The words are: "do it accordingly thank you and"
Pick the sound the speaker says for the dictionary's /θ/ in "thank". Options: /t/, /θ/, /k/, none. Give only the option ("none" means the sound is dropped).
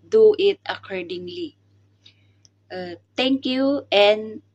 /t/